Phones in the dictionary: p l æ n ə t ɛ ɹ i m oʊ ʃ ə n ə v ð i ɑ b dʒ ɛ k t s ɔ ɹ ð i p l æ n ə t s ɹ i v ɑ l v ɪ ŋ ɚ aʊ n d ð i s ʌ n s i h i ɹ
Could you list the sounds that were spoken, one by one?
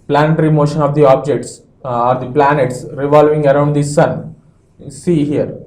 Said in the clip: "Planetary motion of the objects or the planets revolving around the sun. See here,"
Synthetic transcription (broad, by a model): p l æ n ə t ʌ ɹ i m oʊ ʃ ə n ə v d i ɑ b dʒ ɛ k t s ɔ ɹ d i p l æ n ə t s ɹ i v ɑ l v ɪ ŋ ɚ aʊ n d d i s ʌ n s i h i ɹ